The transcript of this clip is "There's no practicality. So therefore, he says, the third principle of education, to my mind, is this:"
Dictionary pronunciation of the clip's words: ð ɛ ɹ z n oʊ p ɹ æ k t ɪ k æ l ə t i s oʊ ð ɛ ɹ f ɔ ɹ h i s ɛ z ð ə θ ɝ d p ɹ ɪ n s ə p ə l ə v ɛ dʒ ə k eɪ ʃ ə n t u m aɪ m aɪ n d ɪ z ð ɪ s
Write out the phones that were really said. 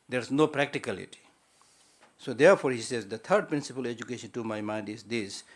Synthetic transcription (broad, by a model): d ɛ ɹ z n oʊ p ɹ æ k t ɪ k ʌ l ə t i s oʊ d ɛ ɹ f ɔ ɹ h i s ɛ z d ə t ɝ d p ɹ ɪ n s ə p ə l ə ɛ dʒ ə k eɪ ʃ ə n t u m aɪ m aɪ n d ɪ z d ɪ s